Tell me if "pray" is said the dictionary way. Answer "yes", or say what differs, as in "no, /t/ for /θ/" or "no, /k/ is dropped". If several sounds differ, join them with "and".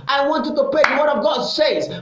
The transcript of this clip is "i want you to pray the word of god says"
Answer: no, /ɹ/ is dropped